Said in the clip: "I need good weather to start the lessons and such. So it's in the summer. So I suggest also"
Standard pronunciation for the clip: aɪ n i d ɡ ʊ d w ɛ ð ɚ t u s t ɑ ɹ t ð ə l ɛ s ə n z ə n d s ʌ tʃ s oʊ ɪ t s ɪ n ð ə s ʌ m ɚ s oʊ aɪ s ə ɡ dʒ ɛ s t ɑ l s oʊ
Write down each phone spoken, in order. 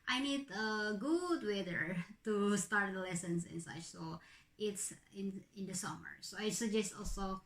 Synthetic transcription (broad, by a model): aɪ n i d ɡ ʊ d w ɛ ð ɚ t u s t ɑ ɹ t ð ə l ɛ s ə n s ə n s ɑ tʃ s oʊ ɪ t s ɪ n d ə s ʌ m ɚ s oʊ aɪ s ə ɡ dʒ ɛ s t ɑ l s oʊ